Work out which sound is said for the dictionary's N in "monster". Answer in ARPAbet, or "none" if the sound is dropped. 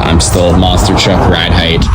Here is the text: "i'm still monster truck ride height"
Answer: none